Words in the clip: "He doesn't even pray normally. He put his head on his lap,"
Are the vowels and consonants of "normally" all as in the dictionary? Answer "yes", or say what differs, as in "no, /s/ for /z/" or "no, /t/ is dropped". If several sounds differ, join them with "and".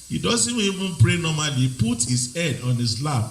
no, /l/ is dropped